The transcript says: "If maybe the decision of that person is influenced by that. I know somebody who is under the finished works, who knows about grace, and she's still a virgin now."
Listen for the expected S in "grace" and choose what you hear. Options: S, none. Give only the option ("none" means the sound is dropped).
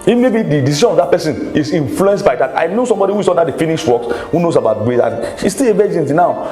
none